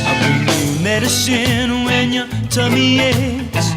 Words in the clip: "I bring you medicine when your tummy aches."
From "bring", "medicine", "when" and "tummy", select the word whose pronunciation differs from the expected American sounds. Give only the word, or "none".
bring